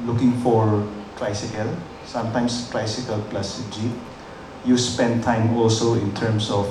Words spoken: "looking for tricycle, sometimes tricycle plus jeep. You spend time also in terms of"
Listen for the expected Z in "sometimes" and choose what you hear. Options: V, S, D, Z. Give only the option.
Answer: S